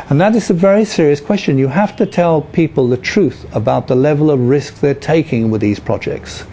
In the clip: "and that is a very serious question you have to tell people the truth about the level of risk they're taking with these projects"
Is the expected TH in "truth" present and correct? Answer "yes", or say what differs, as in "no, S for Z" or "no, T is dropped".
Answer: yes